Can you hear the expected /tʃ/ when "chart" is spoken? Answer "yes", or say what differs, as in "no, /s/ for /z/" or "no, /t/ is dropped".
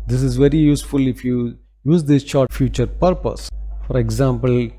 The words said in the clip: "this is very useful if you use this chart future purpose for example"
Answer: no, /ʃ/ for /tʃ/